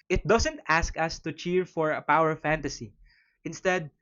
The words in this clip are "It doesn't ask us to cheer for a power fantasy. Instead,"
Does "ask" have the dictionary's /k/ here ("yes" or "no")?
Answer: yes